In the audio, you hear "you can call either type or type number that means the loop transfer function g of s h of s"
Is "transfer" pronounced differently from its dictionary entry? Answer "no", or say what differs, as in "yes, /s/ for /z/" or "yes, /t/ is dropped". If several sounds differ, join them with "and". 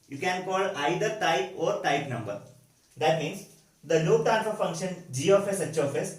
yes, /s/ is dropped